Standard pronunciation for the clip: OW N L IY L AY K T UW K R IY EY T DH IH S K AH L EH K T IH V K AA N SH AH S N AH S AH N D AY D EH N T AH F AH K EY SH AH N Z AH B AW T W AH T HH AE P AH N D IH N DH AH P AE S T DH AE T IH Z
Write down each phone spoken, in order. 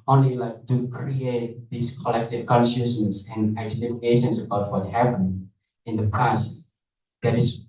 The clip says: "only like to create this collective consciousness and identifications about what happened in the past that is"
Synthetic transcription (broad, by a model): OW N L IY L AY K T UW K R IY EY T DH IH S K AH L EH K T IH V K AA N S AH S N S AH N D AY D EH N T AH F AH K EY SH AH N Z AH B AW T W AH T HH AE P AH N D IH N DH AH P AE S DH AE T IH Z